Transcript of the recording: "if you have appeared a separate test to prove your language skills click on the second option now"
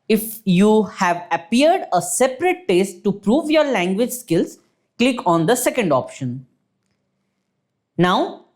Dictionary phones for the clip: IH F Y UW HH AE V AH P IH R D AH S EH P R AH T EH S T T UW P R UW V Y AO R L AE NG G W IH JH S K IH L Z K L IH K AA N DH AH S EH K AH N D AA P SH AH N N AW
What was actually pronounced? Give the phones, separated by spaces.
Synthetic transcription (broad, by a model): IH F Y UW HH AE V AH P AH R D AH S EH P R AH T EH S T T UW P R UW V Y AO R L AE NG G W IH JH S K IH L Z K L IH K AA N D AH S EH K AH N D AA P SH AH N N AW